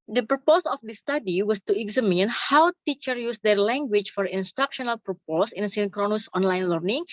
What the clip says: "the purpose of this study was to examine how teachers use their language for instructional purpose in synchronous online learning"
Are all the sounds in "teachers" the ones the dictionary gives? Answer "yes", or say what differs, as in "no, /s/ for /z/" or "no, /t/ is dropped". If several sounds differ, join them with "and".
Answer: no, /z/ is dropped